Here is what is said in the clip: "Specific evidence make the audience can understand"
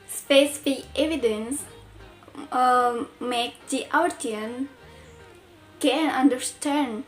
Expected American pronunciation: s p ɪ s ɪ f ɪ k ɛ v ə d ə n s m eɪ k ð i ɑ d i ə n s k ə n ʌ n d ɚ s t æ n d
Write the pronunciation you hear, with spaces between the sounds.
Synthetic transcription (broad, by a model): s p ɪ s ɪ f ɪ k ɛ v ə d ə n s m eɪ k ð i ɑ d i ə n k ə n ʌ n d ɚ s t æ n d